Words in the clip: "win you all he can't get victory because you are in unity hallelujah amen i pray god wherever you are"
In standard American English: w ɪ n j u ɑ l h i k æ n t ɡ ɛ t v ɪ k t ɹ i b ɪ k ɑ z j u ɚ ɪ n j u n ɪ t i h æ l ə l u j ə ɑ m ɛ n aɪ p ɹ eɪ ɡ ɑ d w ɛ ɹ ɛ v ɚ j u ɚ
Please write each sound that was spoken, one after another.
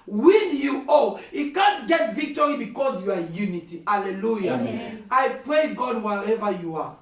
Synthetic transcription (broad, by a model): w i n j u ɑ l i k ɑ n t ɡ ɛ t v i k t ɹ i b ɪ k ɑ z j u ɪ j u n ɪ t i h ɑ l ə l u j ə ɑ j p ɹ eɪ ɡ ɑ d w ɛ ɛ v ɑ j u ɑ